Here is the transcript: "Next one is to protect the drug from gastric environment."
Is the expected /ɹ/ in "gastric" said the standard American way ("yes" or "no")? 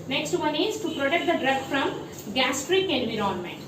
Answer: yes